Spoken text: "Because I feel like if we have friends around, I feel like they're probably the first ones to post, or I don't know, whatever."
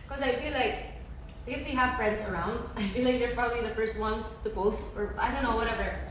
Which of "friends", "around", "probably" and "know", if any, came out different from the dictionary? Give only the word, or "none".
none